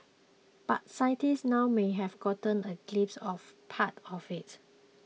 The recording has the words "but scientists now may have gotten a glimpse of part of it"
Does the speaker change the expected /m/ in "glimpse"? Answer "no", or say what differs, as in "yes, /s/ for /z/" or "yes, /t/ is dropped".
yes, /m/ is dropped